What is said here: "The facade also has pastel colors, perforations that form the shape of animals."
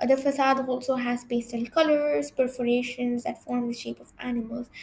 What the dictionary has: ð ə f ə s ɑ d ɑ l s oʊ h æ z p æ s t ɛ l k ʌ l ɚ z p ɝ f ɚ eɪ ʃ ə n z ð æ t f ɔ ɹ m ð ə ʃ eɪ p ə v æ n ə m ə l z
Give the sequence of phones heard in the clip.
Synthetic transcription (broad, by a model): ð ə f ə s ɑ d ɑ l s oʊ h æ z b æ s t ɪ n k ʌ l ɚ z p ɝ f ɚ eɪ ʃ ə n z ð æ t f ɔ ɹ m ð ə ʃ eɪ p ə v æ n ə m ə l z